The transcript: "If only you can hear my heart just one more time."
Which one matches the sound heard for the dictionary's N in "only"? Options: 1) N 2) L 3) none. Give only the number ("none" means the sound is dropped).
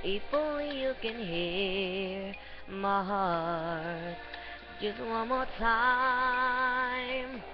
3